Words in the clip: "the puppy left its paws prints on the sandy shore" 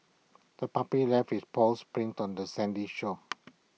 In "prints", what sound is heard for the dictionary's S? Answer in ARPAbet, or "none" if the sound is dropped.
none